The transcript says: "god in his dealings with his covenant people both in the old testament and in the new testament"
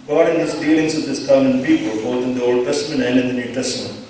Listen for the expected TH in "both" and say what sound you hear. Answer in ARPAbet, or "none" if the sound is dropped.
T